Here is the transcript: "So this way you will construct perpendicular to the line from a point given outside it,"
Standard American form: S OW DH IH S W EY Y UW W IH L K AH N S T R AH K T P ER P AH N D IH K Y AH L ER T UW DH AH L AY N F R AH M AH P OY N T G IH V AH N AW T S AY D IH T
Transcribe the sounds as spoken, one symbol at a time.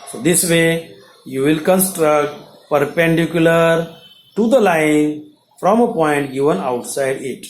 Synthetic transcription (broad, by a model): S OW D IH S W EY Y UW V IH L K AH N S T R AH K T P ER P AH N D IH K Y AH L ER T UW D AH L AY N F R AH M AH P OY N T G IH V AH N AW T S AY D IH T